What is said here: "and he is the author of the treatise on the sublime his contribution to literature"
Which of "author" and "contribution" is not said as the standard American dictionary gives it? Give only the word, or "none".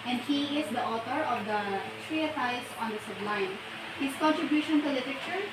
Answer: author